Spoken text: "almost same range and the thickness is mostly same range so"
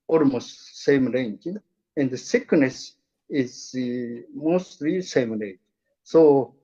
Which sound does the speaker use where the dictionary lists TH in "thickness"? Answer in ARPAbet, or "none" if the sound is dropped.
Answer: S